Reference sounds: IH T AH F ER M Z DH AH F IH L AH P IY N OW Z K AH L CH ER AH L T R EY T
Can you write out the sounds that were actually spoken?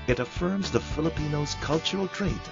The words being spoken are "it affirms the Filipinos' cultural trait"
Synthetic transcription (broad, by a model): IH T AH F ER M Z DH AH F IH L AH P IY N OW Z K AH L CH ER L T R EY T